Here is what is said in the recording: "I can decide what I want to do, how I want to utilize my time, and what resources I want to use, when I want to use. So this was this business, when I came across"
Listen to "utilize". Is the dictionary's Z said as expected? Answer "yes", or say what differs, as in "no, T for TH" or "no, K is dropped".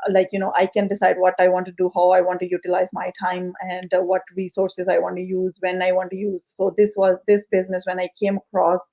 yes